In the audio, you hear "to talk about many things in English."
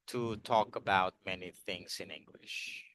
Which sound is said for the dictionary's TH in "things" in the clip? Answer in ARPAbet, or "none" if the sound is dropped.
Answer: TH